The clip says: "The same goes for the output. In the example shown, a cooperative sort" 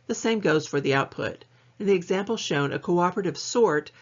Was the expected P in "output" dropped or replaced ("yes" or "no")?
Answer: no